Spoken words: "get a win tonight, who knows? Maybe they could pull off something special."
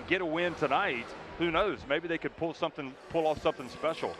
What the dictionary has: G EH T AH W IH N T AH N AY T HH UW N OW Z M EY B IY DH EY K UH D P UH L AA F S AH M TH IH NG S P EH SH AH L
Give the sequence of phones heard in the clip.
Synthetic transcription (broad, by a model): G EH T AH W IH N T AH N AY T HH UW N OW Z M EY B IY DH EY K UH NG P UH L AA F S AH M TH IH NG S P EH SH L